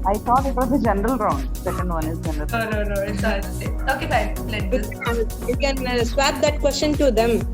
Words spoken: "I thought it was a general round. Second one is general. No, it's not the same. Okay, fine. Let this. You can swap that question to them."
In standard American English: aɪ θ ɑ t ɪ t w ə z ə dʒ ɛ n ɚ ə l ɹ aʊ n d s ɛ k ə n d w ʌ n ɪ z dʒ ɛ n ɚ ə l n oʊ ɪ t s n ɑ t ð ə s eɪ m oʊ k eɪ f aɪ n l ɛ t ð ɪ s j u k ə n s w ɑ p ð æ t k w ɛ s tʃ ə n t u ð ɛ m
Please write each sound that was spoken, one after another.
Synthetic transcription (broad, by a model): aɪ t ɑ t ɪ t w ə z ə dʒ ɛ n ɚ ə l ɹ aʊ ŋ s ɛ k ə n d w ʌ n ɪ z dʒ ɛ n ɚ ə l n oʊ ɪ n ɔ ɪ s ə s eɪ oʊ k eɪ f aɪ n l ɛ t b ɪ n j u k ə n s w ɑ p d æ t k w ɛ s tʃ ə n t u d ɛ m